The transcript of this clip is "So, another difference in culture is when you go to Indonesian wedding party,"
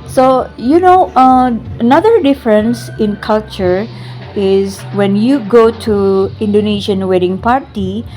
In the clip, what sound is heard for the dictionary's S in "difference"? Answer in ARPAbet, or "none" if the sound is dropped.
S